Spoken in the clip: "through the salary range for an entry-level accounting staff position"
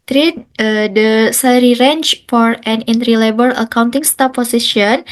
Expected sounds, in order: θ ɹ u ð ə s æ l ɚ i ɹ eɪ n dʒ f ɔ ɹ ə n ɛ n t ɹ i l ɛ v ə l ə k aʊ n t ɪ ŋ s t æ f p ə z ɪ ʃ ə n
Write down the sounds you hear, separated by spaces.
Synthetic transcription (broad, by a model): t ɹ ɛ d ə s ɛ l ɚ i ɹ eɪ n tʃ f ɔ ɹ ə n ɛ n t ɹ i l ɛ b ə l ə k aʊ n t ɪ ŋ s t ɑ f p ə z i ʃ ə n